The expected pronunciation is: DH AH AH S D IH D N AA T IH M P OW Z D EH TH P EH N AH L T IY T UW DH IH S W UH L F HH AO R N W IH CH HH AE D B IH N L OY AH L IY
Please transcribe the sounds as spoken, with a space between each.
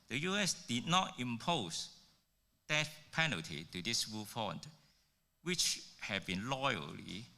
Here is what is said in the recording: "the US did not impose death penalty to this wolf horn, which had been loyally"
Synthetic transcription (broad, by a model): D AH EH S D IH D N AA T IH M P OW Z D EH T P EH N AH L T IY T UW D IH S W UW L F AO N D W IH CH HH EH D B IH N L OY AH L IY